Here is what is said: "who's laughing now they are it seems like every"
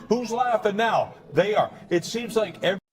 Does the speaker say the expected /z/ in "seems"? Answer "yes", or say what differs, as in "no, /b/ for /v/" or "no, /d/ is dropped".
yes